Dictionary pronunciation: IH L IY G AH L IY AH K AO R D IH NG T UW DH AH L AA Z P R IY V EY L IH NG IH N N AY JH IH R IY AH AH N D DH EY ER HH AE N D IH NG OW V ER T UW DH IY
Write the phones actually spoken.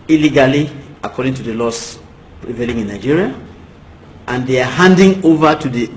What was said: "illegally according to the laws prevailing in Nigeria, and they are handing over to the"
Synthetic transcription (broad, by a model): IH L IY G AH L IY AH K AO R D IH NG T UW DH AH L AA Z P R IY V EY L IH NG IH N N AY JH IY R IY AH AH N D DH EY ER HH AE N D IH NG OW V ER T UW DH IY